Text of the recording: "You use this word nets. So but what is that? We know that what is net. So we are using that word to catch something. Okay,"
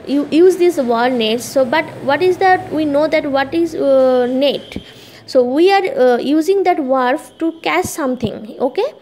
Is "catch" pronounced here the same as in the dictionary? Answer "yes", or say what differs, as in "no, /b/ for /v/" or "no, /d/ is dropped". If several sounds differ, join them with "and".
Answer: no, /s/ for /tʃ/